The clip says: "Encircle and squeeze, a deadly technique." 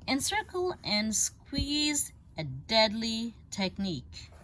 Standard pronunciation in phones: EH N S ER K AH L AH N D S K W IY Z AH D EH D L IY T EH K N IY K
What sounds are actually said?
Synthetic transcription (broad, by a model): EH N S ER K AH L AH N S K W IY Z AH D EH D L IY T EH K N IY K